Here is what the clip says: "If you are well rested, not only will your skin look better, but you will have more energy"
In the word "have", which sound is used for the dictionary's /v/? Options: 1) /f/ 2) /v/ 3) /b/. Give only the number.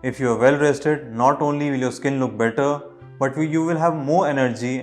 2